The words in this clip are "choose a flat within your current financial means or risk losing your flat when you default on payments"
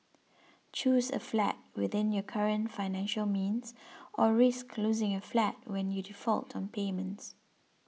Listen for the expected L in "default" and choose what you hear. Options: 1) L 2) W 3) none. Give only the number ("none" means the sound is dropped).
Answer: 1